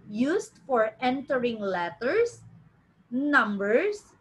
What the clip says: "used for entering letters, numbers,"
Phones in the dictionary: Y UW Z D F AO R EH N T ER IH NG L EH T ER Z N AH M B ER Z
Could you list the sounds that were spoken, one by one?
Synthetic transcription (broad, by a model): Y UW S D F AO R EH N T ER IH NG L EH T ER S N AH M B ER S